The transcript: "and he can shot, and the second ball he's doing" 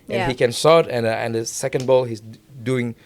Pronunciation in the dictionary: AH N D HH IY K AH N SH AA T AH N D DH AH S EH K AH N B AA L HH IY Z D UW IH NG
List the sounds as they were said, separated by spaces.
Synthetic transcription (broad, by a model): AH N HH IY K AH N S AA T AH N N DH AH S EH K AH N B AA L HH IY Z D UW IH NG